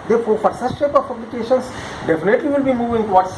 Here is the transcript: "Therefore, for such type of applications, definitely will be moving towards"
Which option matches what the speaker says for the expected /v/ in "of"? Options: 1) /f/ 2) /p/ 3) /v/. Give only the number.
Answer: 2